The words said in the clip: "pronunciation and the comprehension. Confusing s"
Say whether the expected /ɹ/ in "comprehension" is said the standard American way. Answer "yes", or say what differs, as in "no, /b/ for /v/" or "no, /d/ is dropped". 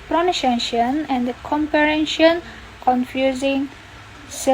no, /ɹ/ is dropped